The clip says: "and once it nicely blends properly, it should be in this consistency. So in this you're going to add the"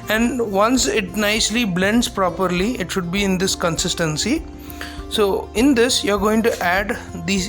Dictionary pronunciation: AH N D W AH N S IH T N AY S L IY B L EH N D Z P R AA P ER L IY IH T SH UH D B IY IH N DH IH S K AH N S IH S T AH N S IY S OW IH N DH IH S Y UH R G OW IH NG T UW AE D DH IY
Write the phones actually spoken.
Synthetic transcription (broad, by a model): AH N D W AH N S IH T N AY S L IY B L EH N D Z P R AA P ER L IY IH T SH UH D B IY IH N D IH S K AH N S IH S T AH N S IY S OW IH N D IH S Y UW R G OW IH NG T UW AE D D IY